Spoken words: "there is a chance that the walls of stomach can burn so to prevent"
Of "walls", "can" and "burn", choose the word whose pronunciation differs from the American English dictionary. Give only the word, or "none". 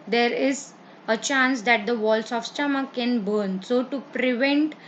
walls